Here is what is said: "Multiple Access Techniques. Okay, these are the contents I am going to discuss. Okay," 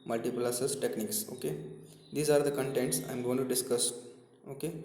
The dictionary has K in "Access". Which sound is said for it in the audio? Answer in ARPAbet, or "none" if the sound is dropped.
none